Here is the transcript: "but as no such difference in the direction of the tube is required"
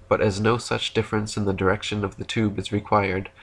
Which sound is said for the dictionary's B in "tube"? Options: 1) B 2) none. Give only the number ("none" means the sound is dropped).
1